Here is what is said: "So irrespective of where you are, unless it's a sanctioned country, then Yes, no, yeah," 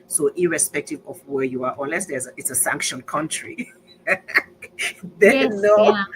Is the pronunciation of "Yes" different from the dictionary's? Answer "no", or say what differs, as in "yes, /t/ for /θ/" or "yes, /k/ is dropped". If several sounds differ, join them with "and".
yes, /s/ is dropped